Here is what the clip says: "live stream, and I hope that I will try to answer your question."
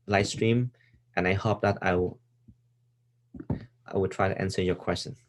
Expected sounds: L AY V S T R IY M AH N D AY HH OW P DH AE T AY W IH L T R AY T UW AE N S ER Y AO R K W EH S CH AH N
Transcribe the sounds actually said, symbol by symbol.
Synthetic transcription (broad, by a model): L AY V S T R IY M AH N AY HH OW P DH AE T AY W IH W T R AY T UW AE N S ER Y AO K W EH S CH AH N